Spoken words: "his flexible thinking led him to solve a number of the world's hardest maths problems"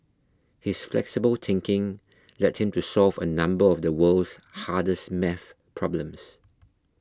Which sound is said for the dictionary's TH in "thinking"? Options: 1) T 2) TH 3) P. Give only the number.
1